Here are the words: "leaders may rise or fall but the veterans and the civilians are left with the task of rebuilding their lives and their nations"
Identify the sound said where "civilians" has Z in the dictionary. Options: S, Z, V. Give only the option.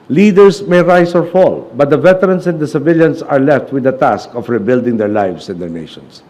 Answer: S